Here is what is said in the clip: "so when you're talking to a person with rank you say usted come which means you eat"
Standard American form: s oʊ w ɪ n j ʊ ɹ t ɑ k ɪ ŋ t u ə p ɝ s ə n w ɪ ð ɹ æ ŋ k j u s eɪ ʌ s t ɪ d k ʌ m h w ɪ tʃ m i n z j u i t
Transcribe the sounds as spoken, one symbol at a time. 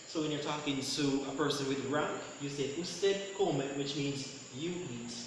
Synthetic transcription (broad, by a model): s oʊ w ɪ n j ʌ ɹ t ɑ k ɪ ŋ t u ə p ɝ s ə n w ɪ ð ɹ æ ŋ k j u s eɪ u s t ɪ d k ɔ m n w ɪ tʃ m i n z j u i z